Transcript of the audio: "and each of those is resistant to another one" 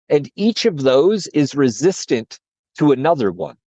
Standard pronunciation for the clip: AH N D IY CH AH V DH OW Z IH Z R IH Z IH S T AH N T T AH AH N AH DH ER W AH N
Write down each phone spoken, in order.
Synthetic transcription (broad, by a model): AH N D IY CH AH V DH OW Z IH Z R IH Z IH S T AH N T T AH AH N AH DH ER W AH N